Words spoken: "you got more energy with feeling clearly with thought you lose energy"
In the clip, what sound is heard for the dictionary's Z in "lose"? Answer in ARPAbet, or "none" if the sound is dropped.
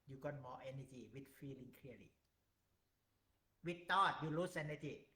S